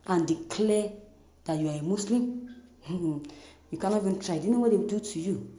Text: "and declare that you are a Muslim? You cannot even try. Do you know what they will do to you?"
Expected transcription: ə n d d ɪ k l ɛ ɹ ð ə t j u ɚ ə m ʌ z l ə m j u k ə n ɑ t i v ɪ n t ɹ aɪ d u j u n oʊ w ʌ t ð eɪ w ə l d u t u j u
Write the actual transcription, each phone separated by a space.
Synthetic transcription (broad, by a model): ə n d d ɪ k l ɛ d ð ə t j u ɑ ə m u s l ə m j u k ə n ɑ i v ɪ n t ɹ aɪ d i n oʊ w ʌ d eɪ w d u t u j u